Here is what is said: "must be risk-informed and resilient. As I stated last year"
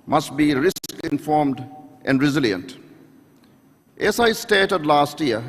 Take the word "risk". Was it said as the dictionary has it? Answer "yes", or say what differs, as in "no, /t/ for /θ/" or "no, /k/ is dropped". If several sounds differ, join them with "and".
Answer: yes